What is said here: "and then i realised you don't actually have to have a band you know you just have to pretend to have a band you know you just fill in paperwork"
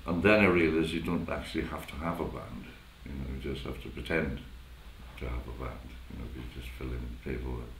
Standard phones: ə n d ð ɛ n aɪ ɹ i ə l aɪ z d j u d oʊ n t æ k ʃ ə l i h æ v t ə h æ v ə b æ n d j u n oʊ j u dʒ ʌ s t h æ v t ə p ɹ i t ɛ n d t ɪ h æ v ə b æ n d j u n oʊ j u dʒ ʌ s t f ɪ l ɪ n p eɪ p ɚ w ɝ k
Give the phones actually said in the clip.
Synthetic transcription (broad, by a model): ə n ð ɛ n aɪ ɹ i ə l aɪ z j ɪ d oʊ n t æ k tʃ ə l i h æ f t ə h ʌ v ə b æ n d j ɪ n oʊ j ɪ dʒ ʌ s t h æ f t ə p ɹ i t ɛ n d t ɪ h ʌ v ə b æ n d j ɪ n oʊ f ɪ dʒ ʌ s t f ɪ l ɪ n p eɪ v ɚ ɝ